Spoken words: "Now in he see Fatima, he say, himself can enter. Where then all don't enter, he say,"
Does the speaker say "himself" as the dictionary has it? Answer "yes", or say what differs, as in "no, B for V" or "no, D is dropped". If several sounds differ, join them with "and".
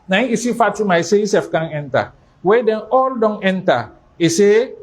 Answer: no, M is dropped